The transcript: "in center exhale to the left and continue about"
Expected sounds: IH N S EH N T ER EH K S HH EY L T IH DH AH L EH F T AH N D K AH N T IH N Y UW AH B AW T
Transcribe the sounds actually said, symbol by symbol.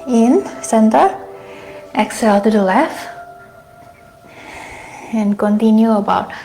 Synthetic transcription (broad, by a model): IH N S EH N T ER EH K S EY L T IH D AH L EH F AH N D K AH N T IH N Y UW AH B AW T